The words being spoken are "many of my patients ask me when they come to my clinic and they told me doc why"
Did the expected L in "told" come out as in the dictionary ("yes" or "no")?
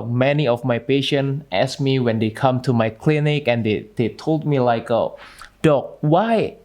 yes